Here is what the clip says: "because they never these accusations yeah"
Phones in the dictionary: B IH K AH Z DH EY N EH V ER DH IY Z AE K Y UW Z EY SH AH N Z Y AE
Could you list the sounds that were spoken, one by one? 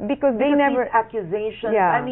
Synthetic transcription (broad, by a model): B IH K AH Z DH EY N EH V ER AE K Y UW Z EY AH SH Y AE